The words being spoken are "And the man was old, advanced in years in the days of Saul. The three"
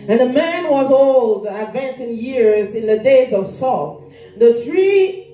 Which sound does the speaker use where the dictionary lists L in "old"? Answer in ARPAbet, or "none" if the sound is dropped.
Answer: L